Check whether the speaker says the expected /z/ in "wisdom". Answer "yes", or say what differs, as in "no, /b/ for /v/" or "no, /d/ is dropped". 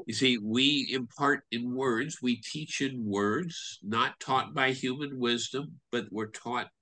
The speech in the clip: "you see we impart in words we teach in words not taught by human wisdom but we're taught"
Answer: yes